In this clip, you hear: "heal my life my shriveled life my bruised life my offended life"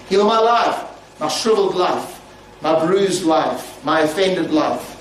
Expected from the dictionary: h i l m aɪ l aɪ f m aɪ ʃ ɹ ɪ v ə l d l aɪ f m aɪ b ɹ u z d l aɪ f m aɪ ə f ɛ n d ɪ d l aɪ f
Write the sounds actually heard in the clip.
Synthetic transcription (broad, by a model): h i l m aɪ l aɪ f m aɪ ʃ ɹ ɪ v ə l d l aɪ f m aɪ b ɹ u z d l aɪ f m aɪ ə f ɛ n d ɪ d l aɪ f